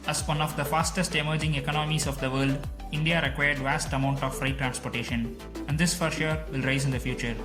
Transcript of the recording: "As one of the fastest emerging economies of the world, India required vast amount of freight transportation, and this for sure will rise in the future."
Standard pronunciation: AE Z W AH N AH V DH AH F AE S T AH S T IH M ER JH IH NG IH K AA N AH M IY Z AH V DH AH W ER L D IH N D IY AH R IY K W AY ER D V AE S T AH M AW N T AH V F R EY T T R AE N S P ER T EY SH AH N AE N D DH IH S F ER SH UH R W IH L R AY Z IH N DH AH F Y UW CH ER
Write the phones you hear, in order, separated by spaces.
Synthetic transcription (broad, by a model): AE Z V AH N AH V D AH F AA S T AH S T IH M ER JH IH NG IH K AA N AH M IY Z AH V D AH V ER L D IH N D IY AH R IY K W AY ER D V AE S T AH M AW N T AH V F R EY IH T R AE N S P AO T EY SH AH N AE N D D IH S F ER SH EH R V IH L R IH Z IH N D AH F Y UW CH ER